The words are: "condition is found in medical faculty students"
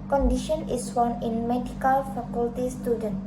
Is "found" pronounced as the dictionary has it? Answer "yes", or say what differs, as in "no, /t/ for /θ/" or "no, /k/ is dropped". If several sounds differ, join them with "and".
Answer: no, /d/ is dropped